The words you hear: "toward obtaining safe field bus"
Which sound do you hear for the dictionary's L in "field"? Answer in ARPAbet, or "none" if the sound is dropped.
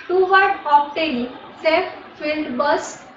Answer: L